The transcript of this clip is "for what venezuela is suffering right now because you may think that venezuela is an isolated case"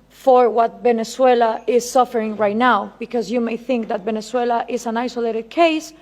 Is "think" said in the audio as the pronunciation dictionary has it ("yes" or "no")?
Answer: yes